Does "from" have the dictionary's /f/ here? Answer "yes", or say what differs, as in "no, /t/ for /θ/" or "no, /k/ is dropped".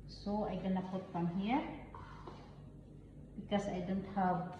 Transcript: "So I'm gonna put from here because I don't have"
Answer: no, /p/ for /f/